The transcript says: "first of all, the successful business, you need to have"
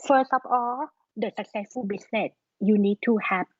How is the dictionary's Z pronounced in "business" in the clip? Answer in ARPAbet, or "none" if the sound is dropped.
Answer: S